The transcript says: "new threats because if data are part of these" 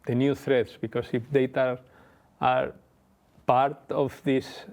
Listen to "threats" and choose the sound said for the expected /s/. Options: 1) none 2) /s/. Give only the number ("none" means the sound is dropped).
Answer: 2